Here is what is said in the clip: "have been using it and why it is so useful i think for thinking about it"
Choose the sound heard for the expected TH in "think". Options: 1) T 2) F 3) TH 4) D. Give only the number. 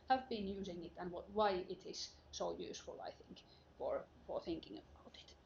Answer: 3